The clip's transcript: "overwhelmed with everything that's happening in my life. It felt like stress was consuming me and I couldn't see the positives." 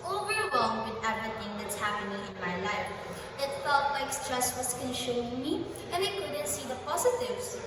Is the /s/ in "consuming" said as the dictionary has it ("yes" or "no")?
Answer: no